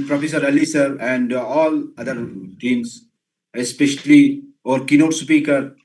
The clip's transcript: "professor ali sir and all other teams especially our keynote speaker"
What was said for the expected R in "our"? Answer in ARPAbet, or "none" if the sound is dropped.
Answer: R